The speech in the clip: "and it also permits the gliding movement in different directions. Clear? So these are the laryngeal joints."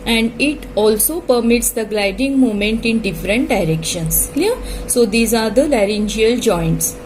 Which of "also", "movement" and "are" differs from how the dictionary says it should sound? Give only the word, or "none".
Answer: movement